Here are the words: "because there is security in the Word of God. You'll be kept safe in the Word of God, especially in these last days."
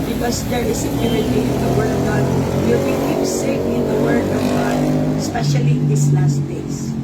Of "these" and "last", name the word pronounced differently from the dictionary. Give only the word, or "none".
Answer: these